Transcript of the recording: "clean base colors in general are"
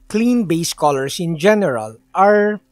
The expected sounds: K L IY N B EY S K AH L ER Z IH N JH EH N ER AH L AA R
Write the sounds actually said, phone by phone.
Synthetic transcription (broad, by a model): K L IY N B EY S K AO L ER S IH N JH EH N ER AH L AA R